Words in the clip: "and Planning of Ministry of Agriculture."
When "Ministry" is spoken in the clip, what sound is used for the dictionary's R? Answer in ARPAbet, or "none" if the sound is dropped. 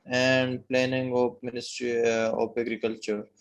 R